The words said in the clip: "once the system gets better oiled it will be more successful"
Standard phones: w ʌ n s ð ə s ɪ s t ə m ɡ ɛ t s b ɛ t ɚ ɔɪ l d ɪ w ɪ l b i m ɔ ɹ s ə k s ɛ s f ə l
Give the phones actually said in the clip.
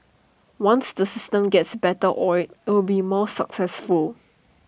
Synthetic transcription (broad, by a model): w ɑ n s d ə s ɪ s t ə m ɡ ɛ t s b ɛ t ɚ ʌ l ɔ ɪ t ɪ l b i m ɔ s ə k s ɛ s f ə l